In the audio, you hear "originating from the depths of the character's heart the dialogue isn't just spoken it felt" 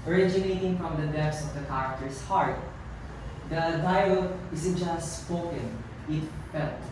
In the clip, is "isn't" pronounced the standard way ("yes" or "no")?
no